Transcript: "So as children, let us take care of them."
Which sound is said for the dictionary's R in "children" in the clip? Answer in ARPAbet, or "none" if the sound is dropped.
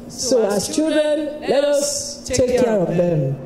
none